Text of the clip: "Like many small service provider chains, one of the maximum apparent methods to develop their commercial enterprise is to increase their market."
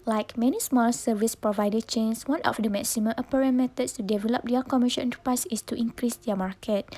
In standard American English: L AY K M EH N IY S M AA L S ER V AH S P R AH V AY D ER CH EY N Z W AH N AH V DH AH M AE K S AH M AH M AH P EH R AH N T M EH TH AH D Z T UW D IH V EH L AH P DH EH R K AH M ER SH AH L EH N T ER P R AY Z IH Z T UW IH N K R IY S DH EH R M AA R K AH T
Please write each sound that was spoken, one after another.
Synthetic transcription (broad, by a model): L AY K M EH N IY S M AA L S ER V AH S P R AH V AY D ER CH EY N S W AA N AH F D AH M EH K S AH M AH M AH P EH R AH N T M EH T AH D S T UW D IH V EH L AH P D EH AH K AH M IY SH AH N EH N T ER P R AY S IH S T UW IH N K R IY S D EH M AA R K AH T